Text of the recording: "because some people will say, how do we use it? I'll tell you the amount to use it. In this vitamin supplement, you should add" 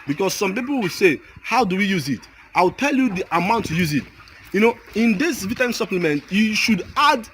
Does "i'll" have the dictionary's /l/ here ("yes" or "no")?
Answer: no